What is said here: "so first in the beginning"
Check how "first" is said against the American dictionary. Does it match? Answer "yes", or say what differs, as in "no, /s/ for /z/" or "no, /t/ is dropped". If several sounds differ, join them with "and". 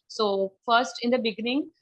yes